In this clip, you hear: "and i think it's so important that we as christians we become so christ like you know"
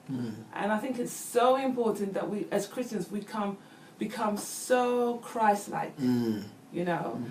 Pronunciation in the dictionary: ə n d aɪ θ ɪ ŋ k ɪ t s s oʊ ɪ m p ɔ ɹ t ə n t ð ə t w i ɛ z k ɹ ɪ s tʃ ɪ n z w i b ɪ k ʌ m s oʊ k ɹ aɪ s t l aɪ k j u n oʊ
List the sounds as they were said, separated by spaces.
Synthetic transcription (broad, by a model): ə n aɪ θ ɪ ŋ k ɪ t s s oʊ ɪ m p ɔ ɹ t n ð ə t w i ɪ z k ɹ ɪ s tʃ ɪ n z w i b ɪ k ʌ m s oʊ k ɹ aɪ s l aɪ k j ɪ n oʊ